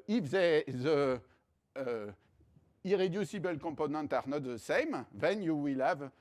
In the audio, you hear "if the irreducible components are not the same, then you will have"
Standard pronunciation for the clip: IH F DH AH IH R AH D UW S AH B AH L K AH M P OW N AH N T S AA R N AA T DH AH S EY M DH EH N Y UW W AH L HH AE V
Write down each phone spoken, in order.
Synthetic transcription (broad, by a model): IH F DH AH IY R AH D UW S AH B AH L K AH P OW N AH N T AA R N AA T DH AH S EY M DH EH N Y UW W AH L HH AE V